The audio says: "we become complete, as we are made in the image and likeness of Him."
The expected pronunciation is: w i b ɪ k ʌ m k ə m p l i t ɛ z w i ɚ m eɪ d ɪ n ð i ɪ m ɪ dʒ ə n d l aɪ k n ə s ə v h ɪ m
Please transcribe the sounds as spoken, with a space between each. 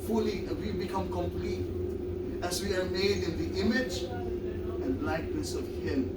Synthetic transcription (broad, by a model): w i b ɪ k ʌ m k ə m p l i t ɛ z w i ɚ m eɪ d ɪ n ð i ɪ m ɪ dʒ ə n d l aɪ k l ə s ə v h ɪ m